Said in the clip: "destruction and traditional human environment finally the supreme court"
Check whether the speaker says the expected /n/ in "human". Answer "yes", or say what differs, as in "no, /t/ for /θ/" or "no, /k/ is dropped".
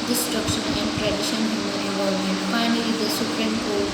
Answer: no, /n/ is dropped